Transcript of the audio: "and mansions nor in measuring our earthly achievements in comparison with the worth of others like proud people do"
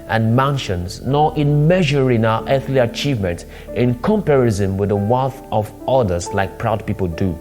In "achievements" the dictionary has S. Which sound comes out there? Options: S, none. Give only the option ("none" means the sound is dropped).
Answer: none